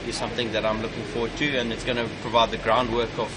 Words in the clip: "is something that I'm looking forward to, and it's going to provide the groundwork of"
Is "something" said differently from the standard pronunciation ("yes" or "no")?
no